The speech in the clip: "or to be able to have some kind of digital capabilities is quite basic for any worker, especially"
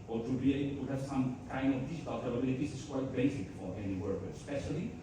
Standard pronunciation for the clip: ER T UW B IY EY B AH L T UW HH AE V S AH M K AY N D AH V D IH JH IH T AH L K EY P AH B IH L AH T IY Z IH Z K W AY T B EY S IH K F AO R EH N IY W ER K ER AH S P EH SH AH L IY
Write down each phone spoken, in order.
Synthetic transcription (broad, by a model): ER T UW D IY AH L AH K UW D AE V S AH M K AY N D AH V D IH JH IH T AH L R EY B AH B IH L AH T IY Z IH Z K W AY T B EY S IH K F AO R EH N IY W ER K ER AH S P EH SH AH L IY